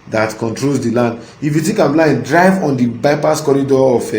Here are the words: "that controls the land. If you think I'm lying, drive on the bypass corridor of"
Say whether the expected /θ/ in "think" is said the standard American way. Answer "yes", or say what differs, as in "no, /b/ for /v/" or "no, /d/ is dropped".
no, /t/ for /θ/